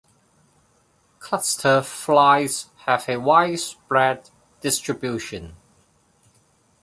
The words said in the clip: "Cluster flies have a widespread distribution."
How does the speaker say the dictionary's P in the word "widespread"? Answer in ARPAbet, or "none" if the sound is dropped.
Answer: B